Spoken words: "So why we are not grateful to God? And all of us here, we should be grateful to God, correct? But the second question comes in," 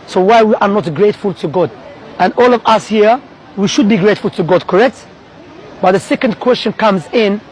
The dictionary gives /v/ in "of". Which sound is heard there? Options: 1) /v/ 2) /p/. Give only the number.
1